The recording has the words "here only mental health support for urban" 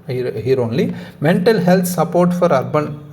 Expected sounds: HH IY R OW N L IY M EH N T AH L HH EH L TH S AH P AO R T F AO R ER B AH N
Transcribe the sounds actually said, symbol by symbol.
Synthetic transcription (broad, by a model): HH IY R OW N L IY M EH N T AH L HH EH L T S AH P AO R T F AO R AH B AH N